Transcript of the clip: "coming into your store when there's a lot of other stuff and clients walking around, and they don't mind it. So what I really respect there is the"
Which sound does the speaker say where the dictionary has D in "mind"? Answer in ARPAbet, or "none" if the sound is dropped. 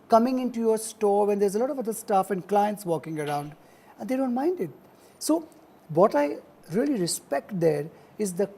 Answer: D